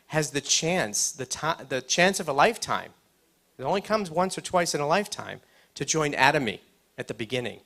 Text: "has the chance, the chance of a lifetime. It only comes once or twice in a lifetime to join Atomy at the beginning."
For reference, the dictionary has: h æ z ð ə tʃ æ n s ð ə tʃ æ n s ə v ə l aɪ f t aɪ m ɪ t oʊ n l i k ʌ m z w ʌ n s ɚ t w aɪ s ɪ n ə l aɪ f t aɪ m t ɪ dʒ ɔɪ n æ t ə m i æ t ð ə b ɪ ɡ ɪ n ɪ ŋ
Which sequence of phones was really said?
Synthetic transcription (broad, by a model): h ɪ z ð ə tʃ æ n s ð ə tʃ æ n s ə v ə l aɪ f t aɪ m ɪ t oʊ n l i k ʌ m z w ʌ n s ɚ t w aɪ s ɪ n ə l aɪ f t aɪ m t ɪ dʒ ɔɪ n æ t ə m i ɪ t ð ə b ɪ ɡ ɪ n ɪ ŋ